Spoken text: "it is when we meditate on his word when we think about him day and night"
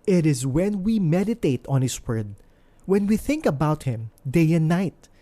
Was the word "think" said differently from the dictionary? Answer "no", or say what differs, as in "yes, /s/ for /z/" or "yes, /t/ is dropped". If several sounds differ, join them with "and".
no